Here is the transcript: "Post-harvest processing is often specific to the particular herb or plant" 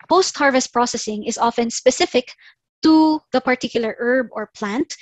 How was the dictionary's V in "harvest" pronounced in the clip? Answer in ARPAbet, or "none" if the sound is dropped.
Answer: V